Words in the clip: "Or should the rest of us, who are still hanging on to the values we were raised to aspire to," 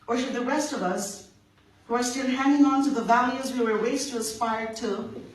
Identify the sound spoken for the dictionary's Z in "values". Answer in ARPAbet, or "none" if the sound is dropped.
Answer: Z